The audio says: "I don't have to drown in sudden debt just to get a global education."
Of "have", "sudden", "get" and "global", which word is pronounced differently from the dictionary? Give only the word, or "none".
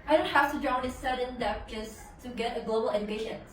have